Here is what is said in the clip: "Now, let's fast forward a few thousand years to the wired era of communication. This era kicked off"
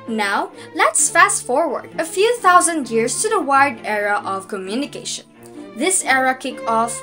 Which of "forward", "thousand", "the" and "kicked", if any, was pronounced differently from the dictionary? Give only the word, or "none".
kicked